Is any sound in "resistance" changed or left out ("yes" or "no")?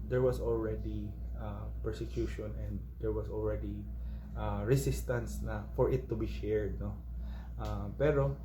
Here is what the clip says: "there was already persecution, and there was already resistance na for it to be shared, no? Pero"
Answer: yes